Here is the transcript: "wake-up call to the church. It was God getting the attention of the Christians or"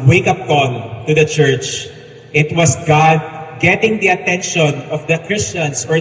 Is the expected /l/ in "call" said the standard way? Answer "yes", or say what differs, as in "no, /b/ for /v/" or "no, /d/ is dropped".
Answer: no, /n/ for /l/